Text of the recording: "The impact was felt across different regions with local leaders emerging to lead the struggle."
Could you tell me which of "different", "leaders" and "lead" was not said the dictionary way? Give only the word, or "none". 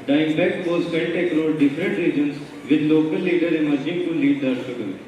leaders